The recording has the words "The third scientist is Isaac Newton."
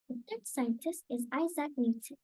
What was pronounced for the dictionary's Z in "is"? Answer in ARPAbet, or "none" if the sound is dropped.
Z